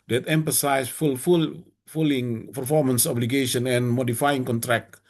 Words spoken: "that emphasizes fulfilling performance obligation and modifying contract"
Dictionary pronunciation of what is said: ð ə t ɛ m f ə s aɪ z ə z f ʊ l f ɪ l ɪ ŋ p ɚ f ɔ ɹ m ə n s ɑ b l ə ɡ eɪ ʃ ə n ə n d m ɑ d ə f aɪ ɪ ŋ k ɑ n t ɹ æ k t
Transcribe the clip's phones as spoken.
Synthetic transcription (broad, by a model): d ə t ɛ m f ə s aɪ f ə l f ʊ l f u l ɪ ŋ p ɚ f ɔ ɹ m ə n s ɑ b l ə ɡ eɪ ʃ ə n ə n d m ɑ d ə f aɪ ɪ ŋ k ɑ n t ɹ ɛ k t